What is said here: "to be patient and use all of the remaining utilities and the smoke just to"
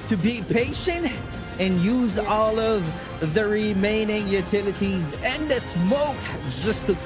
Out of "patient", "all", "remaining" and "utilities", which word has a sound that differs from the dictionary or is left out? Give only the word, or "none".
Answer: none